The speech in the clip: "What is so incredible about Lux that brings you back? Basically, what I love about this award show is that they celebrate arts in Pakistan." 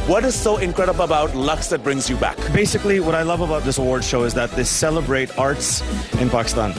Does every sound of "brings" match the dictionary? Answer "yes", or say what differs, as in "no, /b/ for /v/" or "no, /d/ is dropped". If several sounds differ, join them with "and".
yes